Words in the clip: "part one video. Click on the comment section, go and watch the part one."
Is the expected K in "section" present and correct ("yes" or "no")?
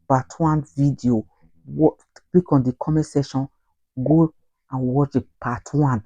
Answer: no